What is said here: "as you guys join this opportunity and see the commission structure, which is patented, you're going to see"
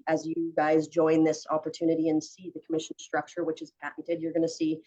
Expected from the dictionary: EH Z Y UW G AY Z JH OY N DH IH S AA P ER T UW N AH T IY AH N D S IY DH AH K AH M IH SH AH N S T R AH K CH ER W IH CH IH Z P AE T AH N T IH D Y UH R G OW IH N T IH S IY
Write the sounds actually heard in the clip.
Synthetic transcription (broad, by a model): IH Z Y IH G AY Z JH OY N DH IH S AA P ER T UW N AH T IY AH N S IY DH AH K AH M IH SH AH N S T R AH K CH ER W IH CH IH Z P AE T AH T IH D Y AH R G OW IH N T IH S IY